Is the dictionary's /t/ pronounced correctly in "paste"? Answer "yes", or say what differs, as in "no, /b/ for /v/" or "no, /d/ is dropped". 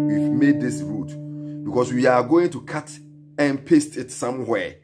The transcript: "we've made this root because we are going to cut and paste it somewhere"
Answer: yes